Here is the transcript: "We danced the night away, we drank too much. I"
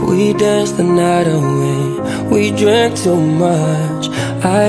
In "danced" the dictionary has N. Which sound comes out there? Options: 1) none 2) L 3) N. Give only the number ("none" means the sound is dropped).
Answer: 1